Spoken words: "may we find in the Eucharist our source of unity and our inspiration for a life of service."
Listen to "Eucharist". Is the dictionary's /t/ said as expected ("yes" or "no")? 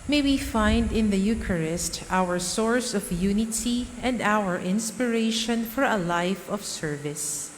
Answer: yes